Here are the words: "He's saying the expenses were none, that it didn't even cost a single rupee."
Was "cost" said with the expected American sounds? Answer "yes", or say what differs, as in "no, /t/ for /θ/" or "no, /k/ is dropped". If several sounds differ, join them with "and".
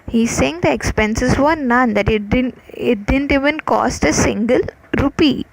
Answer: yes